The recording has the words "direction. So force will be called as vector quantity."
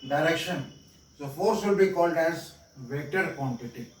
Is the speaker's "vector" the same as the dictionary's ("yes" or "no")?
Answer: no